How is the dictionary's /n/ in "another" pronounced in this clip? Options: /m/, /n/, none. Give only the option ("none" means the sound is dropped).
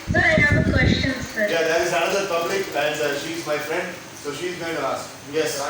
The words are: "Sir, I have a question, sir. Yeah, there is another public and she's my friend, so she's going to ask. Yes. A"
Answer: none